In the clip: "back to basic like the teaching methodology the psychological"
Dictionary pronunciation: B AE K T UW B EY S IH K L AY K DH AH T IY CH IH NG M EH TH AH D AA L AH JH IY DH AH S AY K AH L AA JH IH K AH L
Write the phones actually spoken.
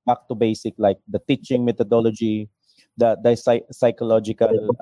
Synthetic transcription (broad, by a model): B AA K T UW B EY S IH K L AY K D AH T IY CH IH NG M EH T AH D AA L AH JH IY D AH S AY K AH L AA JH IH K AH L